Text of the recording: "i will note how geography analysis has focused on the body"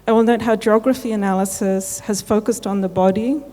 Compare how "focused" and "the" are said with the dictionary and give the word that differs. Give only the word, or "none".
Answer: none